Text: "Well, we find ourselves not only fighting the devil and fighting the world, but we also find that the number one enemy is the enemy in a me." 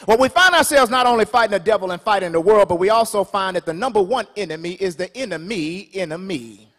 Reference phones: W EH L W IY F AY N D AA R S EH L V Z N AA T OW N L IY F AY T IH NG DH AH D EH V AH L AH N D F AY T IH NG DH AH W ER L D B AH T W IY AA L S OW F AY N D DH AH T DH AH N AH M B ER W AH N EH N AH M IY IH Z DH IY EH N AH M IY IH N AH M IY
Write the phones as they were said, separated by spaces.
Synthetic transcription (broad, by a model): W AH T W IY F AY N D AA R S EH L V Z N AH T OW N L IY F AY T IH NG DH AH D EH V L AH N F AY T IH NG DH AH W ER L D B AH T W IY AA L S OW F AY N DH AH T DH AH N AH M B ER W AH N EH N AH M IY IH Z DH IY EH N AH M IY IH N AH M IY